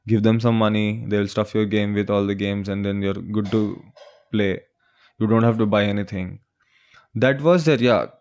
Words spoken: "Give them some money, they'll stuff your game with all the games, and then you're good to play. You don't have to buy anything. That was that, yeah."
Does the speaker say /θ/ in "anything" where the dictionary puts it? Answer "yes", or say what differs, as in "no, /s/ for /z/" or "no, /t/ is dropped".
no, /t/ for /θ/